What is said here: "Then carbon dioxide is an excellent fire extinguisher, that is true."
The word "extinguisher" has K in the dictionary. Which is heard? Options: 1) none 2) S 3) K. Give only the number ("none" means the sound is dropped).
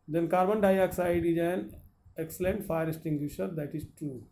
1